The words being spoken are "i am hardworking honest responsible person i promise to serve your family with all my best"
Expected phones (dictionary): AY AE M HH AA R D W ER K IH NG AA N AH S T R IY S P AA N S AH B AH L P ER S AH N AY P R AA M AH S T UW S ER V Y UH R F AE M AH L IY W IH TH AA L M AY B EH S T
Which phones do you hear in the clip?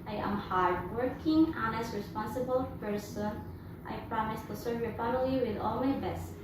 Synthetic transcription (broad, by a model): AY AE M HH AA R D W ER K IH NG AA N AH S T R IY S P AA N S AH B AH L F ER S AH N AY P R AA M AH S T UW S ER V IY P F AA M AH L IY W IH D AA L M AY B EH S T